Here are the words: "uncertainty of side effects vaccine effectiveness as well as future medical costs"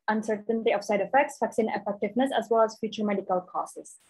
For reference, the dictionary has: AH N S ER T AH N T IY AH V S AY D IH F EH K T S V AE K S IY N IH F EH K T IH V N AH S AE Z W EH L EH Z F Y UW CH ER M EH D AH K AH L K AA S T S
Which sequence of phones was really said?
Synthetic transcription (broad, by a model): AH N S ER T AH N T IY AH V S AY D IH F EH K T S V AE K S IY N IH F EH K T IH V N AH S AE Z W EH L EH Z F Y UW CH ER M EH D AH K AH L K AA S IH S